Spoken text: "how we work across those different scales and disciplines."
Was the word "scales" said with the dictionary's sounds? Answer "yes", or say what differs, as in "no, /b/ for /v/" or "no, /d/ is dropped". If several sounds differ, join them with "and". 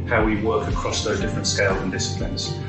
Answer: yes